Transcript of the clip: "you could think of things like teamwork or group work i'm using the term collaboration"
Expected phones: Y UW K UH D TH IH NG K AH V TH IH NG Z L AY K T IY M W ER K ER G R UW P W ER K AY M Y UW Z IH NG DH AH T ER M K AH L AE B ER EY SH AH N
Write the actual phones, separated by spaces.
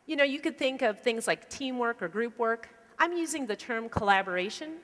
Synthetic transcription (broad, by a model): Y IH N UH D TH IH NG K AH V TH IH NG Z L AY K T IY M W ER K ER G R UW P W ER K AY M Y UW Z IH NG DH AH T ER M K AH L AE B ER EY SH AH N